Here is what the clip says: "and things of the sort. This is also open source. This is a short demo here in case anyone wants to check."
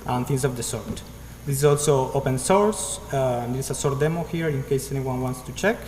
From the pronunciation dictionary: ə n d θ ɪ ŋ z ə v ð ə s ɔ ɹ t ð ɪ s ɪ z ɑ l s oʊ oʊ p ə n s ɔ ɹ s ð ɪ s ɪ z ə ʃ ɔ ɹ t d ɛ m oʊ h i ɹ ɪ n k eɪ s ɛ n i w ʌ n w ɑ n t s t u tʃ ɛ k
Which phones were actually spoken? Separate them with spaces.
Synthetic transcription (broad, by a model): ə n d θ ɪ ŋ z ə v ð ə s ɔ ɹ t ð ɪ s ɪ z ɑ l s oʊ oʊ p ə n s ɔ ɹ s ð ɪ ɪ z ə s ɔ ɹ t d ɛ m oʊ h i ɹ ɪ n k eɪ s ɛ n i w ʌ n w ɑ n t s t u tʃ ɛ k